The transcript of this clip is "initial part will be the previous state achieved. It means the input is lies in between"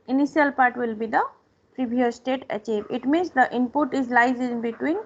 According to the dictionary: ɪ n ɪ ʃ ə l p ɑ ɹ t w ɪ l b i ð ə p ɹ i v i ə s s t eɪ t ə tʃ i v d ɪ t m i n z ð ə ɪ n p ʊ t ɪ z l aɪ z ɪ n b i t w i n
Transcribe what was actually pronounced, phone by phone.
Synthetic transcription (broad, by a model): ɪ n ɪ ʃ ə l p ɑ ɹ t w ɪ l b i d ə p ɹ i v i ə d s t eɪ t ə tʃ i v ɪ t m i n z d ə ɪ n p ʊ t ɪ z l aɪ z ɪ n b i t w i n